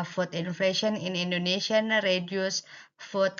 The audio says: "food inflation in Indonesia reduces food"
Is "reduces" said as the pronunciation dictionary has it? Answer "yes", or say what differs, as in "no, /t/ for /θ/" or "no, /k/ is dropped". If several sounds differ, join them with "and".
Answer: no, /s/ is dropped and /s/ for /z/